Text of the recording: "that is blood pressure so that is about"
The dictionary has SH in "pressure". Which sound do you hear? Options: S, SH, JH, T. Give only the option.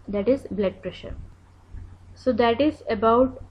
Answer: SH